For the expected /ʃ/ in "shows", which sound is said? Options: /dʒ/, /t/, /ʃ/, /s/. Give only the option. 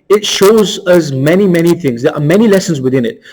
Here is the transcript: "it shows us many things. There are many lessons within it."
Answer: /ʃ/